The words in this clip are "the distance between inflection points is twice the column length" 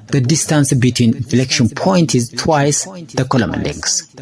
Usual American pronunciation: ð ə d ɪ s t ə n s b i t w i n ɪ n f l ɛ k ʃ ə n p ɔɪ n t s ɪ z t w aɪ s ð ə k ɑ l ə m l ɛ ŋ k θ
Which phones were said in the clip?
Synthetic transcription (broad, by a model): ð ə d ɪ s t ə n s b i t w i n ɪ l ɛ k ʃ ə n p ɔɪ n t ɪ z t w aɪ s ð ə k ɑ l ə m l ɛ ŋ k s